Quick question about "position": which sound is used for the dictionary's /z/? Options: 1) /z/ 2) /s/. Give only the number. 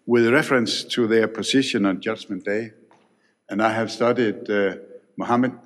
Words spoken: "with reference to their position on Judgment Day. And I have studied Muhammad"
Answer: 2